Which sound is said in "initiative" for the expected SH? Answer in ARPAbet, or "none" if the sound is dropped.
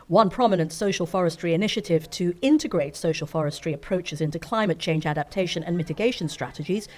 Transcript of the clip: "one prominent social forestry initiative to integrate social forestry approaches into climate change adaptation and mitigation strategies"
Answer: SH